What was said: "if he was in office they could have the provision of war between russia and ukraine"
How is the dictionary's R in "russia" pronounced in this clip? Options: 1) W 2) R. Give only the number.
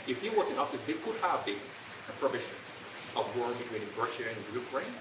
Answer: 2